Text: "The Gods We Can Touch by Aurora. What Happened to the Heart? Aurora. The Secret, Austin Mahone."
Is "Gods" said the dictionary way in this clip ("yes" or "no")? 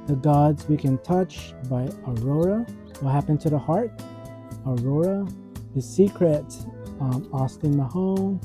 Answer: yes